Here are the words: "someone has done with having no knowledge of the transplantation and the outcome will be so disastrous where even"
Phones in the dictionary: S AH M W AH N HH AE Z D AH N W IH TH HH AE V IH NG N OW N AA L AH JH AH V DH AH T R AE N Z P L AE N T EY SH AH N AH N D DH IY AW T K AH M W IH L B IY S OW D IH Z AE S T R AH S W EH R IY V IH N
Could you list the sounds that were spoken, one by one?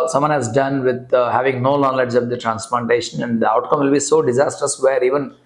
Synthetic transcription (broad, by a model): S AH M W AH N HH AE Z D AH N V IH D HH AE V IH NG N OW L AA L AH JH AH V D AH T R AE N S P L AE N T EY SH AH N AH N D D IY AW T K AH M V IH L B IY S OW D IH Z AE S T R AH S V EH R IY V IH N